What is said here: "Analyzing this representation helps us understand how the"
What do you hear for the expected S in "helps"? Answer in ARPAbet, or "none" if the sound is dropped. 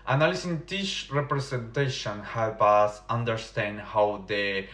none